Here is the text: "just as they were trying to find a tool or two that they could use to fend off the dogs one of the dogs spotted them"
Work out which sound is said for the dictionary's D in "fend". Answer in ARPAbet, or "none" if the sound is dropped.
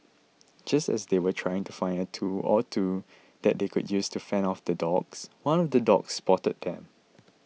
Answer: none